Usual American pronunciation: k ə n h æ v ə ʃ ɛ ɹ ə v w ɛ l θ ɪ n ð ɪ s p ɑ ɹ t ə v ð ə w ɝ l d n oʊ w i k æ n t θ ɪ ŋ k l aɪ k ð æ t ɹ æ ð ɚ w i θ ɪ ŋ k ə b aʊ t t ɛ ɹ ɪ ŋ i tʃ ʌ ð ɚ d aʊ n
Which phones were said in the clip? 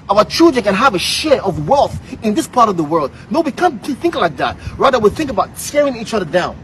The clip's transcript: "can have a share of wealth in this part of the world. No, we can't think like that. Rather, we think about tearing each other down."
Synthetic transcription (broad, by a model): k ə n h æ v ə ʃ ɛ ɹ ə v w ɛ l θ ɪ n ð ɪ s p ɑ ɹ t ə v ð ə w ɝ l d n oʊ w i k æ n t θ ɪ ŋ k l aɪ k ð æ t ɹ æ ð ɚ w i θ ɪ ŋ k ə b aʊ t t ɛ ɹ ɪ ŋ i tʃ ʌ ð ɚ d aʊ n